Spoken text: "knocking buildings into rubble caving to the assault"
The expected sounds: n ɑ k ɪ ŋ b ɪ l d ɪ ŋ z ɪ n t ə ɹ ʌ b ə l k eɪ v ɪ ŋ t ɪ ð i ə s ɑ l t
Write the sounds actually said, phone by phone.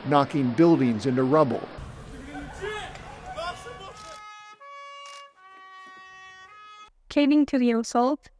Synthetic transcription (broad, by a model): n ɑ k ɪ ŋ b ɪ l d ɪ ŋ z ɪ n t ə ɹ ʌ b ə l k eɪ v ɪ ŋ t ɪ ð i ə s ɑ l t